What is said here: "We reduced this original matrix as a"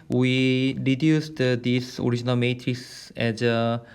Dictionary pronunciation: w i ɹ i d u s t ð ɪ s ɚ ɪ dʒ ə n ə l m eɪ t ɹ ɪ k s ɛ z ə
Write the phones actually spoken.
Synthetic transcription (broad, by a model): w i ɹ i d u s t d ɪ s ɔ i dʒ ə n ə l m eɪ t ɹ ɪ k s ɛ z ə